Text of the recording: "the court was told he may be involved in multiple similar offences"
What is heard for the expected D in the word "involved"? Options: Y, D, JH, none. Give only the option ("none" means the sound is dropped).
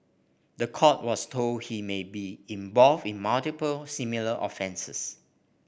none